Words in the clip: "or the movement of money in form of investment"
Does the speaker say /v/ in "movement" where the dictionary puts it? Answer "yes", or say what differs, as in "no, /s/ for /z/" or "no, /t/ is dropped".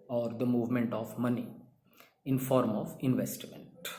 yes